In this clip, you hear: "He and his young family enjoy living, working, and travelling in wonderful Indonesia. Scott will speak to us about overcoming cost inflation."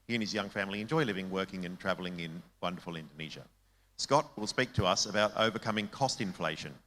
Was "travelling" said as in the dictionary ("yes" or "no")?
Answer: yes